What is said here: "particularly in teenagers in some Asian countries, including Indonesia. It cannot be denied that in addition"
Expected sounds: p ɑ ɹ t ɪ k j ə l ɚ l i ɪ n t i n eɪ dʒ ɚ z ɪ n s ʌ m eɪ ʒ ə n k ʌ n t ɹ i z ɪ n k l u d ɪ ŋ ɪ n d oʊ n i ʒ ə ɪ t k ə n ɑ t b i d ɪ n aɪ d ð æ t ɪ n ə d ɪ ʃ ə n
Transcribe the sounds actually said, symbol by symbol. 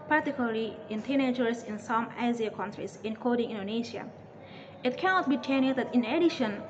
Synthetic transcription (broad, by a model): p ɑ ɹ t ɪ k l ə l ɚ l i ɪ n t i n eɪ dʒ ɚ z ɪ n s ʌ m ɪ z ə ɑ k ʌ n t ɹ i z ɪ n k ɔ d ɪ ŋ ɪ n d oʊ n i ʃ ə ɪ t k ə n ɑ t b i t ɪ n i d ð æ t ɪ n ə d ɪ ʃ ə n